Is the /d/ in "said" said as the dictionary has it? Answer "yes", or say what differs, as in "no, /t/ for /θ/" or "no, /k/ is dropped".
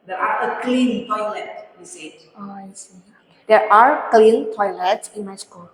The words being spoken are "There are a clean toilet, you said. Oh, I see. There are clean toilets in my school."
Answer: no, /d/ is dropped